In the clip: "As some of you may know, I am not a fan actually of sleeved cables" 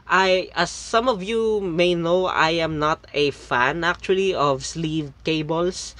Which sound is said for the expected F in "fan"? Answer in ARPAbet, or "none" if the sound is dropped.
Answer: F